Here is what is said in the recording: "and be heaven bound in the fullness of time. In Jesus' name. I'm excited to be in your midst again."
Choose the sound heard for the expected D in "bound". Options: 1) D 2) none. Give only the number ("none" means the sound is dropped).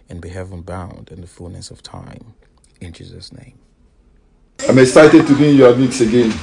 1